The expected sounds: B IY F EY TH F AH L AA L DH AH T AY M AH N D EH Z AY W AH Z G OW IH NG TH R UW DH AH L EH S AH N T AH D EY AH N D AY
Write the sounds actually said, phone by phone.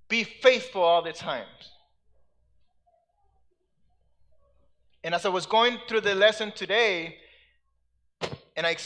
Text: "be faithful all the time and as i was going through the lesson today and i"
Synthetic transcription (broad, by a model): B IY F EY TH F AH L AA L DH AH T AY M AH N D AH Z AY W AH Z G OW IH NG TH R UW DH AH L EH S AH N T AH D EY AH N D AY